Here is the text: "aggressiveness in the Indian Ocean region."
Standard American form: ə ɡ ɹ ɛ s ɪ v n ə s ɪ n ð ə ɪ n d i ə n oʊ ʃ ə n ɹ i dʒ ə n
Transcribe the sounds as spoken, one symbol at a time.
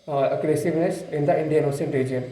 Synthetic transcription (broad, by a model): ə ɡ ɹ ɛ s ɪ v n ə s ɪ n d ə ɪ n d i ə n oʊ s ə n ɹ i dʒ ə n